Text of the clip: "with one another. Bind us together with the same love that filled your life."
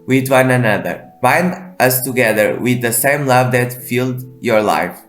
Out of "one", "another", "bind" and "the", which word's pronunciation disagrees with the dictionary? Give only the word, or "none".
none